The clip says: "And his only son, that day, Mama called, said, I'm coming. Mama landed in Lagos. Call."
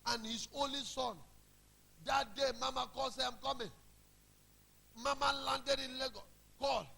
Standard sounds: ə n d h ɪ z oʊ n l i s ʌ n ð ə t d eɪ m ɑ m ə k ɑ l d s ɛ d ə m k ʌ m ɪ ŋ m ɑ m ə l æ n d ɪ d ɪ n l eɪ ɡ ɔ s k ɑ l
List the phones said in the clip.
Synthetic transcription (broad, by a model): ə n h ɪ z oʊ n l i s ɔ n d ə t d eɪ m ɑ m ə k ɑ l s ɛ ə m k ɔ m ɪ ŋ m ɑ m ə l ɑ n d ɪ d ɪ n l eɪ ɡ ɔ k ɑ l